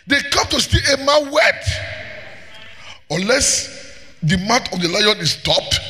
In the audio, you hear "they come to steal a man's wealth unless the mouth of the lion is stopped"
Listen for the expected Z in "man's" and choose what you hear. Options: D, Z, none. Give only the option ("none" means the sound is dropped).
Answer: none